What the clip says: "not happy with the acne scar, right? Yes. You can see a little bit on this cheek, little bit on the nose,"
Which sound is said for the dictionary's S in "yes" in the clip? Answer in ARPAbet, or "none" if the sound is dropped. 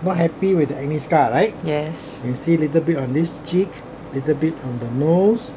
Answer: S